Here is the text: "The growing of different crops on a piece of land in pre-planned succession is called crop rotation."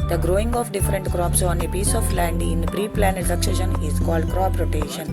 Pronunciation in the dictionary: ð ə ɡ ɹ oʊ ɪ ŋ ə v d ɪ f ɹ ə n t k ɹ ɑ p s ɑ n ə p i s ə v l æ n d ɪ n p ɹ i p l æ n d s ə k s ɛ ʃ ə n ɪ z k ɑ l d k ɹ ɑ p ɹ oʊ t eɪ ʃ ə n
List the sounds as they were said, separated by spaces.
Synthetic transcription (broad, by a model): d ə ɡ ɹ oʊ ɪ ŋ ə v d ɪ f ɹ ə n t k ɹ ɑ p s ɑ n ə p i s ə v l æ n d ɪ n p ɹ i p l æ n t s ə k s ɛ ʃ ə n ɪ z k ɑ l d k ɹ ɑ p ɹ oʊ t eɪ ʃ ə n